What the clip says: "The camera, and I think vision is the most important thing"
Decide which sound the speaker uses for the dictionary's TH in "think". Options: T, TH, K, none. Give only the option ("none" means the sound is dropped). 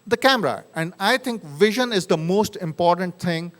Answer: T